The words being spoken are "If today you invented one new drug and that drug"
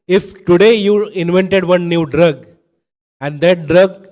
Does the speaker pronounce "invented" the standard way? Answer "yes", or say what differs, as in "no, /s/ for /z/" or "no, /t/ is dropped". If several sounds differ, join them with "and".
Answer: yes